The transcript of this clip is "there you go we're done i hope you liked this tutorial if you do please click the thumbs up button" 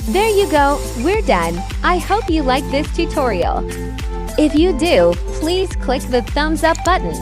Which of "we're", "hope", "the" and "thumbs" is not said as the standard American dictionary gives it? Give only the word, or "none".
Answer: none